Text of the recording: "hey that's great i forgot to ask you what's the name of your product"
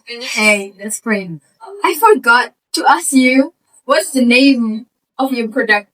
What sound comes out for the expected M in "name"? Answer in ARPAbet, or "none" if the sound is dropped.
none